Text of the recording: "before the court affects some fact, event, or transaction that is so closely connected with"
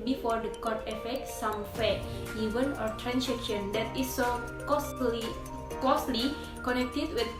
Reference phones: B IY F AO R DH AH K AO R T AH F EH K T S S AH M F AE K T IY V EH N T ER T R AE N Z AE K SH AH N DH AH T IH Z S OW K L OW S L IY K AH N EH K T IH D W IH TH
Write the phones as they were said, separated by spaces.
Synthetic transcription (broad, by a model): B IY F AO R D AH K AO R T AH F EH K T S S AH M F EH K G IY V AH N AO T R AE N S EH K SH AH N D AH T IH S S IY K OW S L IY K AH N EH K T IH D W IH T